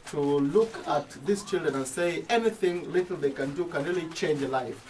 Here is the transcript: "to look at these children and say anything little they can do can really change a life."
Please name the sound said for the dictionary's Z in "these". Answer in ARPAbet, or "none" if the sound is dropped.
S